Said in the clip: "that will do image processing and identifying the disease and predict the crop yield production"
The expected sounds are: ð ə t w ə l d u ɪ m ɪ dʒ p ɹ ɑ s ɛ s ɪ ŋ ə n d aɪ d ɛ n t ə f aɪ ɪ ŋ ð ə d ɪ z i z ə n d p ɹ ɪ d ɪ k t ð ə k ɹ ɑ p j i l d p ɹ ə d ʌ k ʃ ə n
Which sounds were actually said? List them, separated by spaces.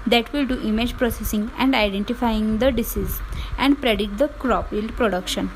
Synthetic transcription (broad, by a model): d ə t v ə l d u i m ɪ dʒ p ɹ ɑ s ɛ s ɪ ŋ ə n d aɪ d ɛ n t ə f aɪ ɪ ŋ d ə d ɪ s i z ə n d p ɹ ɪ d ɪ t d ə k ɹ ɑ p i l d p ɹ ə d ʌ k ʃ ə n